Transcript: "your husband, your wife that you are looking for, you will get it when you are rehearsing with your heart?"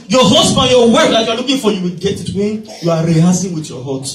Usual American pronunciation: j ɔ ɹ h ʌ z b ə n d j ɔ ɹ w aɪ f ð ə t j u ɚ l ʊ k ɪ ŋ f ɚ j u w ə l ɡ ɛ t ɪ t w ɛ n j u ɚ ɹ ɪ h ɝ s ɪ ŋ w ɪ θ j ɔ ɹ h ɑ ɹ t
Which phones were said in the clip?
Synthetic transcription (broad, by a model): j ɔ h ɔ s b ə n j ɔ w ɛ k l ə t j u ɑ l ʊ k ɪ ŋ f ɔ j u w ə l ɡ ɛ t ɪ t w ɛ n j u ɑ ɹ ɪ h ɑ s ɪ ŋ w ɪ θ j ɔ h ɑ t